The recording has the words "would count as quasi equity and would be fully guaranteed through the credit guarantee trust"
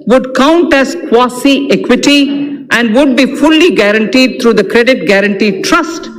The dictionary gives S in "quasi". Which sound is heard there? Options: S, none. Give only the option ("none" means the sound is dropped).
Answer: S